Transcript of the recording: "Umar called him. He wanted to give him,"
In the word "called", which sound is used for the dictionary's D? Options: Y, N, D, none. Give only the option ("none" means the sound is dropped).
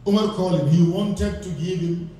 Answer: none